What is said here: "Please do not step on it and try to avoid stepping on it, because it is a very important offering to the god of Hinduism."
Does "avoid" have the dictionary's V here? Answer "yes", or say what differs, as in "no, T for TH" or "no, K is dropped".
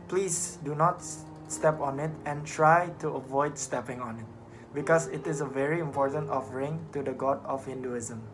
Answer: yes